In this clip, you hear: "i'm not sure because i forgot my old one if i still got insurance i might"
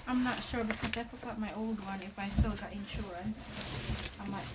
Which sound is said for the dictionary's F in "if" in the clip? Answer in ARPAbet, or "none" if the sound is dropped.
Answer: F